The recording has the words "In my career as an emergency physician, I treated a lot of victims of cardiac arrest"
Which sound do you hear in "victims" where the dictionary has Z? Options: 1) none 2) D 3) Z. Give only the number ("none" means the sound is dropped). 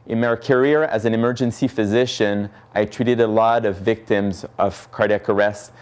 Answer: 3